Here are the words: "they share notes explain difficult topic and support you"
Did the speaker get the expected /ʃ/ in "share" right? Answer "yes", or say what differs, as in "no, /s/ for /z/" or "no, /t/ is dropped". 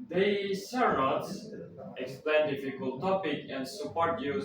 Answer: no, /s/ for /ʃ/